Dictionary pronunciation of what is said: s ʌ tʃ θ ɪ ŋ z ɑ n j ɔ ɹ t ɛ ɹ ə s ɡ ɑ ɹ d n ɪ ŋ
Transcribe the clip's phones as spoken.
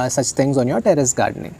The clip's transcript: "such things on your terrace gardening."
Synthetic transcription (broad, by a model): s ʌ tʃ t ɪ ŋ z ɑ n j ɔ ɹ t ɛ ɹ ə s ɡ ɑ ɹ d n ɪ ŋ